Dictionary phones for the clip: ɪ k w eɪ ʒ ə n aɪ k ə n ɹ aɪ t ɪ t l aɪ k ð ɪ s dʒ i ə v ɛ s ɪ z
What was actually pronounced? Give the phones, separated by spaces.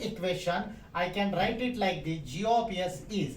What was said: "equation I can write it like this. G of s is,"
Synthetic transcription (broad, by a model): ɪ k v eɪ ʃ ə n aɪ k ə n ɹ aɪ t ɪ t l aɪ k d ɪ dʒ i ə p ɛ s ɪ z